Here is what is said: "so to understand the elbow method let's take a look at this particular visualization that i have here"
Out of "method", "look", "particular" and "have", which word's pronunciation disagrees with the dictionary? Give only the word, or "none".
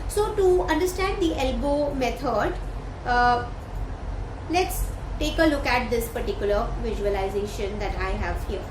method